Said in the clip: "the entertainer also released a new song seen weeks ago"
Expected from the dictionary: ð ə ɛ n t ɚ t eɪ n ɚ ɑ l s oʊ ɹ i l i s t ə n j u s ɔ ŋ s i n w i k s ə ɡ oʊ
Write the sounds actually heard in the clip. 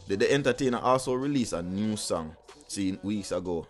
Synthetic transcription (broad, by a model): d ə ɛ n t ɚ t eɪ n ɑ ɑ l s oʊ ɹ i l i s ə n j u s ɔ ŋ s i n w i k s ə ɡ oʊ